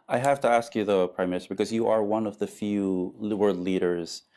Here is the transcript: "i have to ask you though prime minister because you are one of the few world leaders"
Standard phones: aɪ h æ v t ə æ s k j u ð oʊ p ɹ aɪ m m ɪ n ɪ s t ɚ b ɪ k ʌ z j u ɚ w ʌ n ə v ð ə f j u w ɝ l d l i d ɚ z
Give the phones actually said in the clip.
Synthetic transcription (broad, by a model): aɪ h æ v t ə æ s k j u ð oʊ p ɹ aɪ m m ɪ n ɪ s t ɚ b ɪ k ʌ z j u ɚ w ʌ n ə v ð ə f j u w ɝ d l i d ɚ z